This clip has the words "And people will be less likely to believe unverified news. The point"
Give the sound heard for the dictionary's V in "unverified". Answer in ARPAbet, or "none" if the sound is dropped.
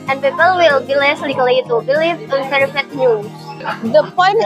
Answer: P